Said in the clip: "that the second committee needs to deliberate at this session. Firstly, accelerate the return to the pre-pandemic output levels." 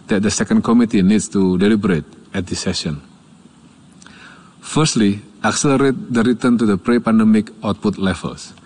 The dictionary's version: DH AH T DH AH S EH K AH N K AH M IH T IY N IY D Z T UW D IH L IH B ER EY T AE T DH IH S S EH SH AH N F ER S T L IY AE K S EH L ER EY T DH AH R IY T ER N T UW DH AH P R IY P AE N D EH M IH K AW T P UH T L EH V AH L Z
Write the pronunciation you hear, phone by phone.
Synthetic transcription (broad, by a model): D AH T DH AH S EH K AH N K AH M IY T IY N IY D S T UW D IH L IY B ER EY T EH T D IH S S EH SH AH N F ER S T L IY AE K S EH L ER EY T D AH R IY T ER N T UW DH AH P R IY P AE N D EH M IH K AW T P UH T L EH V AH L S